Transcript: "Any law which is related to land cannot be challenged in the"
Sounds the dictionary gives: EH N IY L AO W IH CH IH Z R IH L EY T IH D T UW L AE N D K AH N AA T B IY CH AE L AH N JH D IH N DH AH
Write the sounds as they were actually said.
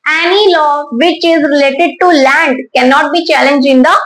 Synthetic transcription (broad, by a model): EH N IY L AO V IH CH IH Z R IH L EY T IH D T UW L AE N D K AH N AA T B IY CH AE L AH N JH IH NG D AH